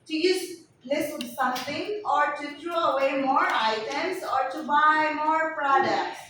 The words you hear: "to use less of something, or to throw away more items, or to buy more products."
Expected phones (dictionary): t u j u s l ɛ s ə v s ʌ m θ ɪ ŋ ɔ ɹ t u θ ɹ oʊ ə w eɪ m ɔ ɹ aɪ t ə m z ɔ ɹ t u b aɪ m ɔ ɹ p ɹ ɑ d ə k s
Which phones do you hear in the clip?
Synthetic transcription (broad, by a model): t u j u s l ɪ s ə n s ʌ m t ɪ ŋ ɔ ɹ t u t ɹ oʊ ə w eɪ m ɔ ɹ aɪ t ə m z ɔ ɹ t u b aɪ m ɔ ɹ p ɹ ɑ d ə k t